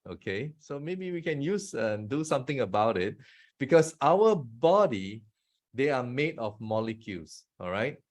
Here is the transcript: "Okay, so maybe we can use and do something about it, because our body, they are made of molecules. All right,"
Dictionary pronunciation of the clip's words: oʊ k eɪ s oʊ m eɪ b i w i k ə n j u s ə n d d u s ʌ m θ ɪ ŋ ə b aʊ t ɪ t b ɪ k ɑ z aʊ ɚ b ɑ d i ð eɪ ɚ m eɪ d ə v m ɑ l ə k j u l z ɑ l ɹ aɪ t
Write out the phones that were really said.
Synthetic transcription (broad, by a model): oʊ k eɪ s oʊ m eɪ b i w i k ə n j u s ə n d d u s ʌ m t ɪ ŋ ə b aʊ t ɪ t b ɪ k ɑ s aʊ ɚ b ɑ d i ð eɪ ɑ m eɪ d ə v m ɑ l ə k j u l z ɑ l ɹ aɪ t